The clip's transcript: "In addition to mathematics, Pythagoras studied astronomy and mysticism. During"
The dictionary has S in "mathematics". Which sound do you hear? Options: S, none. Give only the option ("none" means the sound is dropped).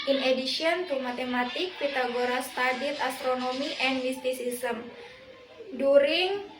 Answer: none